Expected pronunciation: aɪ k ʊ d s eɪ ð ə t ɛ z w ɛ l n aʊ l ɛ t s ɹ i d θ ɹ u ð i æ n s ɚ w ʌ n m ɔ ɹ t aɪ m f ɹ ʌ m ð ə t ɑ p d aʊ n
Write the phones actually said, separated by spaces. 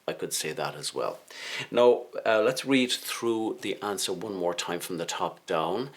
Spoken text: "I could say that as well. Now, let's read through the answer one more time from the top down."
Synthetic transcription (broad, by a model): aɪ k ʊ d s eɪ ð ə t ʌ z w ɛ l n aʊ l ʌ t s ɹ i d θ ɹ u ð i æ n s ɚ w ʌ n m ɔ ɹ t aɪ m f ɹ ʌ m ð ə t ɑ p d aʊ n